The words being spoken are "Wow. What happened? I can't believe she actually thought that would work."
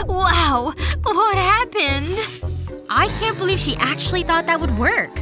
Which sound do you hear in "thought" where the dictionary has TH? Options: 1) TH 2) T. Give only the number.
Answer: 1